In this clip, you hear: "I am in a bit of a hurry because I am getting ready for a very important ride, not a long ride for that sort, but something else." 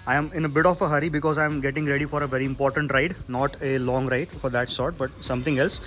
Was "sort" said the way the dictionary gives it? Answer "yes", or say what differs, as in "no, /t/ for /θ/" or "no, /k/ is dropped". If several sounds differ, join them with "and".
yes